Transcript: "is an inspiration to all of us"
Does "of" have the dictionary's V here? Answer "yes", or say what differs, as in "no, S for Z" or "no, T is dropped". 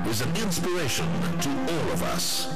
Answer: yes